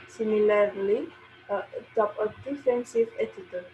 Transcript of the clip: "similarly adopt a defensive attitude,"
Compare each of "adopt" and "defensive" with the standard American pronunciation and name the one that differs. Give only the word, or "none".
adopt